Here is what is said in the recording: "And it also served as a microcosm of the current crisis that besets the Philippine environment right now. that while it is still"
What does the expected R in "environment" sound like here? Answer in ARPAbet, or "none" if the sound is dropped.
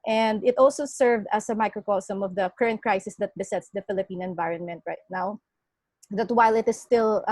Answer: R